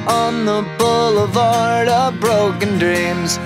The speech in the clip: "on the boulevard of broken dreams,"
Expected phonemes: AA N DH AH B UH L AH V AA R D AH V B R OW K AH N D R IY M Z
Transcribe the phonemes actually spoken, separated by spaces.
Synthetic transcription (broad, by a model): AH N DH AH B UH L AH V AA R D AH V B R OW K AH N D R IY M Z